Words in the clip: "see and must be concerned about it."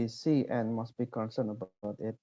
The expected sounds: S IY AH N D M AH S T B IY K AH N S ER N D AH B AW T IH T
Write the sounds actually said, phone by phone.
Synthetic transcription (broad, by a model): S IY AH N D M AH S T B IY K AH N S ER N AH B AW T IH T